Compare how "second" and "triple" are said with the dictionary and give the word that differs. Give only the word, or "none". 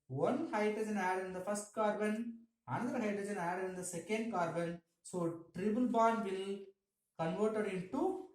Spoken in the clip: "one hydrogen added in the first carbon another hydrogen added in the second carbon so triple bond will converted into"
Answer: triple